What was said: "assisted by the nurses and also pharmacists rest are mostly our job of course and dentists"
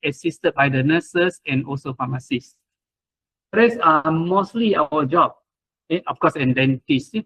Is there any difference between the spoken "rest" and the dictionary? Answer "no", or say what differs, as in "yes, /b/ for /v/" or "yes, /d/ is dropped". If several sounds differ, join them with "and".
yes, /t/ is dropped